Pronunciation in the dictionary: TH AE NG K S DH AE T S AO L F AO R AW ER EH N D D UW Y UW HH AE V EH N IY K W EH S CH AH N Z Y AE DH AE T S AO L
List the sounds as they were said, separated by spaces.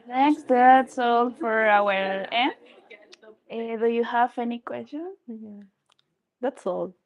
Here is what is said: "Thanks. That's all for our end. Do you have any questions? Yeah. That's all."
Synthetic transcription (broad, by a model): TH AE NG K S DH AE T S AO L F AO R AW ER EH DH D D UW Y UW HH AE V EH N IY K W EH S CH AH N Y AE DH AE T S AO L